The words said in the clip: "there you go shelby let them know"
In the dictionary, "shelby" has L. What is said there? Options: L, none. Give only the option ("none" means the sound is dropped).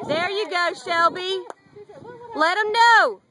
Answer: L